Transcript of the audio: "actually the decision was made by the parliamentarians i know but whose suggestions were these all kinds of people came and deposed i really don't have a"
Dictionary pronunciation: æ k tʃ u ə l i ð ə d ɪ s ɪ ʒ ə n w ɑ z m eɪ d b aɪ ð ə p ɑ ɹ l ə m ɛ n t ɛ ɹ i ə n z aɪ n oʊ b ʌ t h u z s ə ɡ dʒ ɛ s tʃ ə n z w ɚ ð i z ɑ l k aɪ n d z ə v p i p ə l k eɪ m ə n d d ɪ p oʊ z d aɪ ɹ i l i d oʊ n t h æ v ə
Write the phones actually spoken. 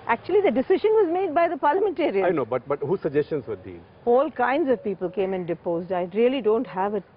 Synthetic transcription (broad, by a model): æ k tʃ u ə l i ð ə d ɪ s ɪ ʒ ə n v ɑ z m eɪ d b aɪ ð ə p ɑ ɹ l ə m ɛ n t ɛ ɹ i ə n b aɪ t b ʌ t h u s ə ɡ dʒ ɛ s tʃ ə n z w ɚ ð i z ɑ l k aɪ n d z ə v p i p ə l k eɪ m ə n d d ɪ p oʊ z d aɪ ɹ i l i d oʊ n t h æ v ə